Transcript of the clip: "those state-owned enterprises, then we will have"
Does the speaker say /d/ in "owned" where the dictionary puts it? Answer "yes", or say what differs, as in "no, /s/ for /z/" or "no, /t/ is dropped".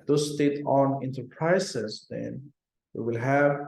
no, /d/ is dropped